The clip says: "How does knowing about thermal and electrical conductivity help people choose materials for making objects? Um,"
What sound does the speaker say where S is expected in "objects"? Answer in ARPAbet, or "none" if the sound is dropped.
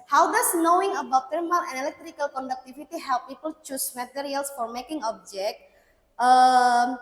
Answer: none